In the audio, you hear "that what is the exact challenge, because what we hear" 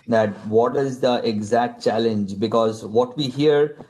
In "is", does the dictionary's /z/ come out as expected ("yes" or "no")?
yes